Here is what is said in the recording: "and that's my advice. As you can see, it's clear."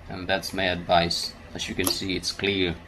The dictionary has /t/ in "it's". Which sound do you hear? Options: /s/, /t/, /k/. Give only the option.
/t/